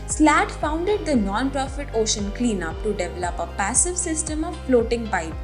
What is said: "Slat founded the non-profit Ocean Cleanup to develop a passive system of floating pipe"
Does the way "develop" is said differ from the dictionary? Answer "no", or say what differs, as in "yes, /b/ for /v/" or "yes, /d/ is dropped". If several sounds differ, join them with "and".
no